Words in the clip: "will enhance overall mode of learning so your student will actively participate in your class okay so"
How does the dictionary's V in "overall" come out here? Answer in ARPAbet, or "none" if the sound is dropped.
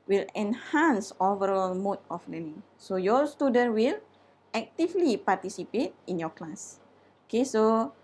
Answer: V